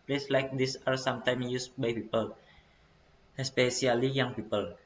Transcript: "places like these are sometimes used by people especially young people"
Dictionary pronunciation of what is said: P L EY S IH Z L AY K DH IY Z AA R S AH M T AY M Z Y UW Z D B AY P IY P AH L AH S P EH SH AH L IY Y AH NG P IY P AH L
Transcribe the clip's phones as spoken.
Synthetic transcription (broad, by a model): P L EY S L AY K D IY S AA R S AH M T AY M Y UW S B AY P IY P AH L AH S P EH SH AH L IY Y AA NG P IY P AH L